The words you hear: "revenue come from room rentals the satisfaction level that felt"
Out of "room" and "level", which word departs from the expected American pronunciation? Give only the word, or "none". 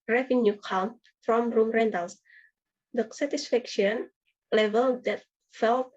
none